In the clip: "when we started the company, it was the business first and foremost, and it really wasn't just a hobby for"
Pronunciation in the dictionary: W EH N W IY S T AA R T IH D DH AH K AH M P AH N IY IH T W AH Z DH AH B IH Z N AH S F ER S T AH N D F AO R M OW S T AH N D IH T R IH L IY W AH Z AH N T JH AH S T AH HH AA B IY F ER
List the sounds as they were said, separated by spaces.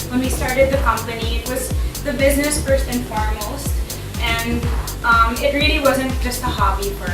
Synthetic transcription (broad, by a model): W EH N W IY S T AA R T IH D DH AH K AH M P AH N IY IH T W AH Z DH AH B IH Z N AH S F ER S T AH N F AO R M OW S T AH N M IH T R IH L IY W AH Z AH N T JH AH S T AH HH AA B IY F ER